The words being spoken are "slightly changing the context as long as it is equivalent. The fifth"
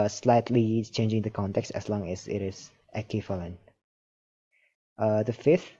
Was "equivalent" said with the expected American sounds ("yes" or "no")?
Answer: no